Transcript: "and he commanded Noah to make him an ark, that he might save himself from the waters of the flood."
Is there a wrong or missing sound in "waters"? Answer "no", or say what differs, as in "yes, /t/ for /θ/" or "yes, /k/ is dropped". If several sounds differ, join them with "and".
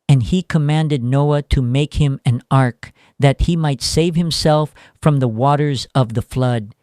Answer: no